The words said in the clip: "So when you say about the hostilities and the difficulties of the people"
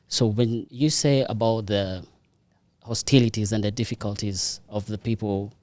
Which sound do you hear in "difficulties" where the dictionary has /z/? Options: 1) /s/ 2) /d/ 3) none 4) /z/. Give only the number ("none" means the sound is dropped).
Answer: 4